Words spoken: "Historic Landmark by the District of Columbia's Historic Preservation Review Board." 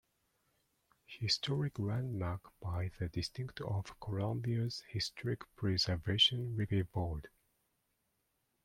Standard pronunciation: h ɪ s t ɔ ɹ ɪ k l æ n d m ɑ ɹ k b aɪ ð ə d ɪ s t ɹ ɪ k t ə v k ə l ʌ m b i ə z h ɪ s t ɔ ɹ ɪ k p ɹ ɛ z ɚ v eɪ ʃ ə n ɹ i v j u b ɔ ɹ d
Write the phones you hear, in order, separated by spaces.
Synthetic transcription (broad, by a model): h ɪ s t ɔ ɹ ɪ k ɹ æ n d m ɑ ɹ k b aɪ ð ə d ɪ s t ɪ k t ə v k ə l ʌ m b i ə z h ɪ s t ɔ ɹ ɪ k p ɹ ɛ z ɚ v eɪ ʃ ə n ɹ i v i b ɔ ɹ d